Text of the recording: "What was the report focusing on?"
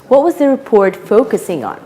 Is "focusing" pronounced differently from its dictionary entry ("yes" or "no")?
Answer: no